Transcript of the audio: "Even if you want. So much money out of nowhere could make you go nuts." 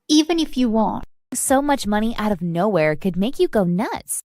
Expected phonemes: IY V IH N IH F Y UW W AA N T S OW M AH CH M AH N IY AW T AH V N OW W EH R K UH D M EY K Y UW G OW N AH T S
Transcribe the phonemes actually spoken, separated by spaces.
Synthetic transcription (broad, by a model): IY V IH N IH F Y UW W AA N T S OW M AH CH M AH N IY AW T AH V N OW W EH R K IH D M EY K Y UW G OW N AH T S